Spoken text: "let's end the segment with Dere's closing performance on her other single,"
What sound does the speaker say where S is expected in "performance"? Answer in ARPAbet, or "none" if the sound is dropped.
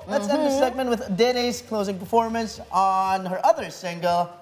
S